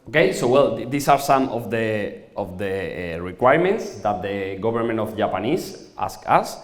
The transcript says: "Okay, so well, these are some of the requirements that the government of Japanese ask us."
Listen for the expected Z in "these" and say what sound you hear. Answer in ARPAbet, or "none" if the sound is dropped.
S